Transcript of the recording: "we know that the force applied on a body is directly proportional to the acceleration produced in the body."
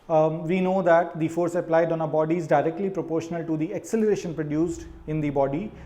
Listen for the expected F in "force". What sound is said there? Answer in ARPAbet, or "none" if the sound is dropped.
F